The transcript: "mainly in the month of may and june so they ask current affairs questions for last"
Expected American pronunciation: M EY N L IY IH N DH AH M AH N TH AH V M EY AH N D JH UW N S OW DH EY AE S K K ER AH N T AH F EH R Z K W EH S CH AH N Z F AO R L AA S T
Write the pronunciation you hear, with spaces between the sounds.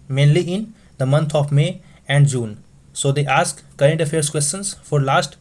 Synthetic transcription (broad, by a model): M EY N L IY IH N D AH M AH N T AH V M EY AH N D JH UW N S OW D EY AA S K K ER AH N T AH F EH R S K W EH S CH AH N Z F AO R L AA S T